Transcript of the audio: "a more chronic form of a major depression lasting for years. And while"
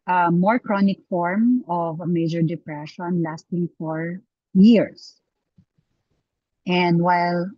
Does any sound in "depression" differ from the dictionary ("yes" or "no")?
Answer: no